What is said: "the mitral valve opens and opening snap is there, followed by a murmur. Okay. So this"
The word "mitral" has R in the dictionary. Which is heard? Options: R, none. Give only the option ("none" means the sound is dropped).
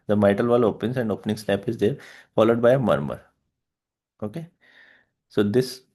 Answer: none